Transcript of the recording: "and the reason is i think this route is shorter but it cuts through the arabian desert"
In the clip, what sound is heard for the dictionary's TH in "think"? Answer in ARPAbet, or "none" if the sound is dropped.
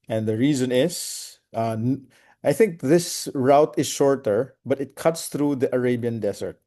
TH